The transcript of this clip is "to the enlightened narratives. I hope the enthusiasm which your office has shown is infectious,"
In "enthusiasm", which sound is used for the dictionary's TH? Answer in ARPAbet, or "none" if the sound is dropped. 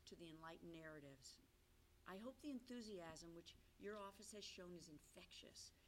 TH